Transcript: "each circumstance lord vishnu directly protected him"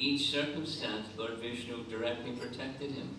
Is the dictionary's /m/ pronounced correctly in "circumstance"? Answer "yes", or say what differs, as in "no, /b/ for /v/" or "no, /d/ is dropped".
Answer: yes